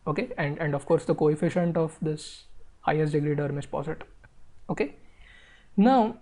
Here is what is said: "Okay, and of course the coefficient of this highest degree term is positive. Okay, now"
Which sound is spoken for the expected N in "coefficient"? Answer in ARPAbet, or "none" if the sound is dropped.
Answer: N